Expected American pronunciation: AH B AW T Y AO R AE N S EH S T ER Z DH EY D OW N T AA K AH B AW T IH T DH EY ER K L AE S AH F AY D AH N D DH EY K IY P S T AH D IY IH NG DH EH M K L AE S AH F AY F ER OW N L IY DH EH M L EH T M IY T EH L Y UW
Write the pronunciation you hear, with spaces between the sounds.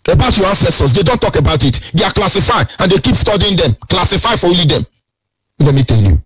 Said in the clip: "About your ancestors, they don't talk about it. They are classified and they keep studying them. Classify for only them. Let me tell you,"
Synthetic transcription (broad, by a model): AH B AW T Y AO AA N S EH S T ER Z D EY D OW N T AA K AH B AW T IH T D EY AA K L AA S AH F AY AH N D EY K IY P S T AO D IY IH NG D EH M K L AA S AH F AY F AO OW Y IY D EH M L EH T M IY T EH L Y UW